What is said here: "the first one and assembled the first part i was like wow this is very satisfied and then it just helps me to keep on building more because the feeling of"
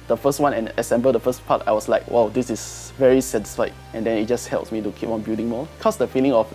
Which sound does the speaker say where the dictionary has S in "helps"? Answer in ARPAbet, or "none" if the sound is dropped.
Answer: S